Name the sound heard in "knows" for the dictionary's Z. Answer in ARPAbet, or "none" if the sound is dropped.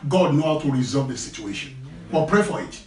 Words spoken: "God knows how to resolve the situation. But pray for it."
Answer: none